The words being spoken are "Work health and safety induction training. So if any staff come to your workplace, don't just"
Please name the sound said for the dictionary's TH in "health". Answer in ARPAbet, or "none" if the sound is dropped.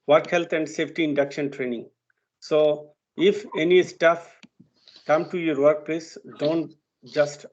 T